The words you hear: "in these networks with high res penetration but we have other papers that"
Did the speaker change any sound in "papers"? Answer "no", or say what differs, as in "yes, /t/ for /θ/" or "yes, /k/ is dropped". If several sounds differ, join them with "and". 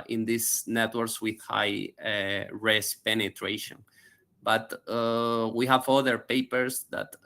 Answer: yes, /s/ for /z/